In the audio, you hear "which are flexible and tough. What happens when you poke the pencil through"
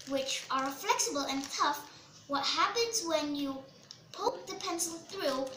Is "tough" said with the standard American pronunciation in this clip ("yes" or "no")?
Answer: yes